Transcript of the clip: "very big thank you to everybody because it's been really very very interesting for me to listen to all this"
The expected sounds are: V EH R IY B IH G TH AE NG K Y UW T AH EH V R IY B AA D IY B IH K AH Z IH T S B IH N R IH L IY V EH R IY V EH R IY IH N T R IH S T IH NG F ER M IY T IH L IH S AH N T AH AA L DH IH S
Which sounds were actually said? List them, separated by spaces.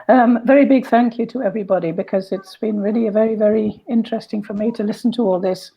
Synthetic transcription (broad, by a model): V EH R IY B IH G TH AE NG K Y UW T AH EH V R IY B AA D IY B IH K AH Z IH T S B IH N R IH L IY V EH R IY V EH R IY IH N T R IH S T IH NG F ER M IY T IH L IH S N T AH AA L DH IH S